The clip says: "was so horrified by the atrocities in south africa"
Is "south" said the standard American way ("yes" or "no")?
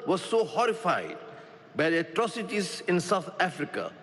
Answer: no